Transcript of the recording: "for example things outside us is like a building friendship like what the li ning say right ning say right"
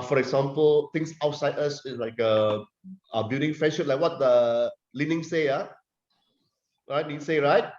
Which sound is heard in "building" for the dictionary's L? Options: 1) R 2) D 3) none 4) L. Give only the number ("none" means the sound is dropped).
3